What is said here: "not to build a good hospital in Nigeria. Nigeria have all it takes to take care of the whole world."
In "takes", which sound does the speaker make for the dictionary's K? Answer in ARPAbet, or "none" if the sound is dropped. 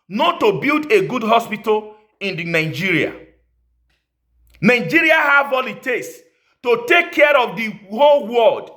none